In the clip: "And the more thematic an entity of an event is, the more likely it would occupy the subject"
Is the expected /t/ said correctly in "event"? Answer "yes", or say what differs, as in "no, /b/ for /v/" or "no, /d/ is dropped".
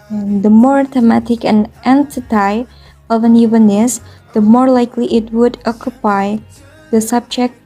no, /t/ is dropped